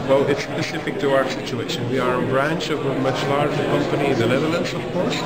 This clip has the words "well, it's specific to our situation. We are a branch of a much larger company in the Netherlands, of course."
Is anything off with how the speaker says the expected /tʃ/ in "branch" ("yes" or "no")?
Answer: no